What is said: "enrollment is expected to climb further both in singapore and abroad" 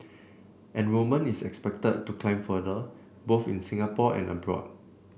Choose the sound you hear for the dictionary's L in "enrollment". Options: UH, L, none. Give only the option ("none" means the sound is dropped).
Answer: none